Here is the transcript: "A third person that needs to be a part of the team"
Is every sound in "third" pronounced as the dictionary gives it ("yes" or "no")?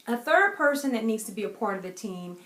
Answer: yes